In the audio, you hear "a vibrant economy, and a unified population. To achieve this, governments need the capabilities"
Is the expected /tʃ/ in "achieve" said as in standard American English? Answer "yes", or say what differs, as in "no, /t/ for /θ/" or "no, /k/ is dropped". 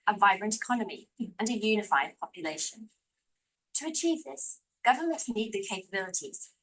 yes